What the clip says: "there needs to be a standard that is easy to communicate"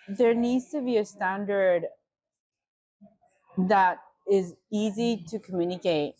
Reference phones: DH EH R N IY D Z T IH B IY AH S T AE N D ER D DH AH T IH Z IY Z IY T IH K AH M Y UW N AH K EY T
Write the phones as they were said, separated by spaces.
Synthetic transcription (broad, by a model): DH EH R N IY D Z T IH B IY AH S T AE N D ER D DH AH T IH Z IY Z IY T IH K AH M Y UW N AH K EY T